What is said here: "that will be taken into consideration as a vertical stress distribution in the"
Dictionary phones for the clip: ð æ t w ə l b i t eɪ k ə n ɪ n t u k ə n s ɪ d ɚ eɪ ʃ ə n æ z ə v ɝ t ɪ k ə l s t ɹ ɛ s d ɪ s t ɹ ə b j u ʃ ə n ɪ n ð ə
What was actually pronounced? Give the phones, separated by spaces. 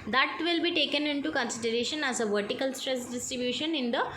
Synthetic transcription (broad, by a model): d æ t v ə l b i t eɪ k ə n ɪ n t u k ə n s ɪ d ɚ eɪ ʃ ə n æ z ə v ɝ t ɪ k ə l s t ɹ ɛ s d ɪ s t ɹ ə b j u ʃ ə n ɪ n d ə